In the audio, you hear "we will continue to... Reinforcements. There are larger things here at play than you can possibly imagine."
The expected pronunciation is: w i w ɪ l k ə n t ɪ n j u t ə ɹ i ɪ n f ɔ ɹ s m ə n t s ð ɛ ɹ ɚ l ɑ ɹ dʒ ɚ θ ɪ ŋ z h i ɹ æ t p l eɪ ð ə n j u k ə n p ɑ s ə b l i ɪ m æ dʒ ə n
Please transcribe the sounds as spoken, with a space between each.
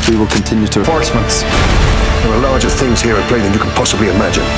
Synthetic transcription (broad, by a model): w i w ɪ l k ə n t ɪ n j u t ə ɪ f ɔ ɹ s m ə n t s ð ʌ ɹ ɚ l ɑ ɹ dʒ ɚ θ ɪ ŋ z h i ɹ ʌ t p l eɪ ð ə n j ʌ k ə n p ɑ s ə b l i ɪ m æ dʒ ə n